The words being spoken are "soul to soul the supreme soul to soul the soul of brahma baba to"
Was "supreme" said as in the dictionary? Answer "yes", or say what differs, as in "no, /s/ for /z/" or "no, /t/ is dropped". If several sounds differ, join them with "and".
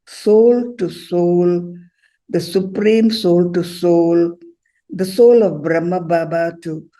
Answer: yes